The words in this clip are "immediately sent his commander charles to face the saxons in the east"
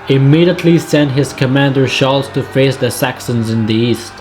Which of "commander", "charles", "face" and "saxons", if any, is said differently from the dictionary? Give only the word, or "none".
charles